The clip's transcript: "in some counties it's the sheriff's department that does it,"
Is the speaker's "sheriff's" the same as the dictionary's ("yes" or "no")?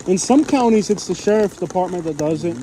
no